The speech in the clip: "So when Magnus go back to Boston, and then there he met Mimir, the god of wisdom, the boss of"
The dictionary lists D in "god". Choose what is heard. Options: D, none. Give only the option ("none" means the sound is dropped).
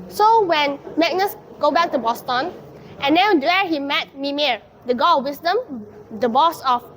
none